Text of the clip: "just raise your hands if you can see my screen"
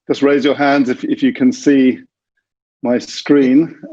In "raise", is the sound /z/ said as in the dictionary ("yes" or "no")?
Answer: yes